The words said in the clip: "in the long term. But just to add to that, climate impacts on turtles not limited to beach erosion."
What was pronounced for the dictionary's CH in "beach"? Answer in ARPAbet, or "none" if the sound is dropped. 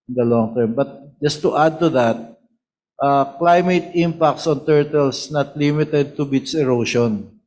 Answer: S